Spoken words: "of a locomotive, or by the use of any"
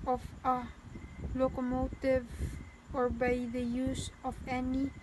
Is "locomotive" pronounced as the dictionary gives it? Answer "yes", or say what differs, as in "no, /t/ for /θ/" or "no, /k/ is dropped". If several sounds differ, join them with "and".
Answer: yes